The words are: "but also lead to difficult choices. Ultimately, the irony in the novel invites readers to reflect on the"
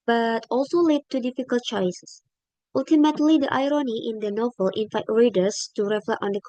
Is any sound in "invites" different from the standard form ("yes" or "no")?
yes